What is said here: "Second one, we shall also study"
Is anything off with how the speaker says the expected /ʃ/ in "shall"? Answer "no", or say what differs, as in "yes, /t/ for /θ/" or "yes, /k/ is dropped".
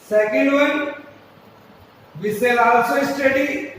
yes, /s/ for /ʃ/